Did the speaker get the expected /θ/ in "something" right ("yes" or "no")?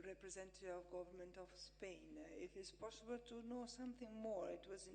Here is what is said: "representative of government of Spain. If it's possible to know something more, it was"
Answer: yes